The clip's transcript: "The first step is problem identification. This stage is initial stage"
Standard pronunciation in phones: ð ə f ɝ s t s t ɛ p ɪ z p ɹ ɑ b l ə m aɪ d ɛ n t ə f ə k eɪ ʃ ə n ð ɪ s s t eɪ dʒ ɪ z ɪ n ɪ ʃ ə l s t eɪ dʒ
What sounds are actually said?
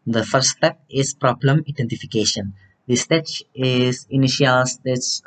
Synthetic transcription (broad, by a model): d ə f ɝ t s t ɛ p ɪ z p ɹ ɑ b l ə m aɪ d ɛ n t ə f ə k eɪ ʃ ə n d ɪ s s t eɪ tʃ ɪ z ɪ n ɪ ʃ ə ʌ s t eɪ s